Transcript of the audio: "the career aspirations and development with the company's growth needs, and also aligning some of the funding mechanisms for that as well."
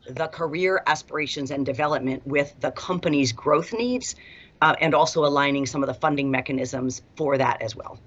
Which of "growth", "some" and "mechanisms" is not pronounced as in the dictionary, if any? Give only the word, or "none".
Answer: none